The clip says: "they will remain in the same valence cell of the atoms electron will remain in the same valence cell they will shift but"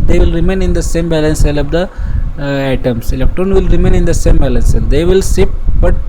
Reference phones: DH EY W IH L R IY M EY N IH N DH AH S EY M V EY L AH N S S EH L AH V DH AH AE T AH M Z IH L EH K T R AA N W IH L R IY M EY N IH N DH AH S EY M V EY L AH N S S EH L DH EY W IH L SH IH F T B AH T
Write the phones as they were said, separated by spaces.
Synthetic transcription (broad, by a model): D EY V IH L R IY M EY N IH N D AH S EY M B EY L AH N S S EH L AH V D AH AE T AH M S IH L EH K T R AA N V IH L R IY M EY N IH N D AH S EY M B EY L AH N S S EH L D EY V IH L S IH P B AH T